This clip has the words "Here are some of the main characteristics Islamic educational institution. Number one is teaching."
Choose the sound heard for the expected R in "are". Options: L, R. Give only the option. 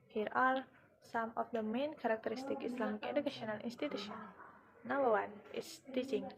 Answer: L